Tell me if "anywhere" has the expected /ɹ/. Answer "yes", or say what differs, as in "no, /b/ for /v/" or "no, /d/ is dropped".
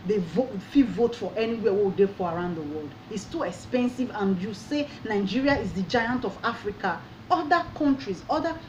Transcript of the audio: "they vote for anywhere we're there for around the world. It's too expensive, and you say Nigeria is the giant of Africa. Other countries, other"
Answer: no, /w/ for /ɹ/